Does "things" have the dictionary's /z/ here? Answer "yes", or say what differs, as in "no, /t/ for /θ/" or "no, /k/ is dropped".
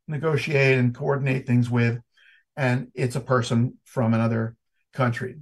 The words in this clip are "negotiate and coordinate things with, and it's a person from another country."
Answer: yes